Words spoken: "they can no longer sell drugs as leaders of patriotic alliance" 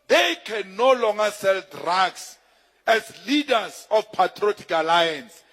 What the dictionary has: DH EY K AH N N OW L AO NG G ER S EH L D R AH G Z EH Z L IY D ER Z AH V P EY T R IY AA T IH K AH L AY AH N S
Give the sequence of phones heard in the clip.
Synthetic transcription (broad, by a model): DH EY K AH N N OW L AO NG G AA S EH L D R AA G S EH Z L IY D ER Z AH F P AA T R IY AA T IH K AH L AY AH N S